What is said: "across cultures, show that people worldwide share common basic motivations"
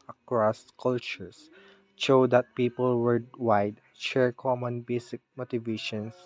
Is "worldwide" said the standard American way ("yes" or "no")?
no